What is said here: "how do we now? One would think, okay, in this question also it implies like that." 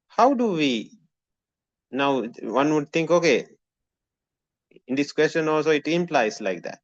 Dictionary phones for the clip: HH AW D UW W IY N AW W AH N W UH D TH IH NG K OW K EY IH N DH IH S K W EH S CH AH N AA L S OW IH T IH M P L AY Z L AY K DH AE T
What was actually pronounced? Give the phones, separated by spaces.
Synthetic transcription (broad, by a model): HH AW D UW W IY N AW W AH N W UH D T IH NG K OW K EY IH N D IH S K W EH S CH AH N AA L S OW IH T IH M P L AY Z L AY K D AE T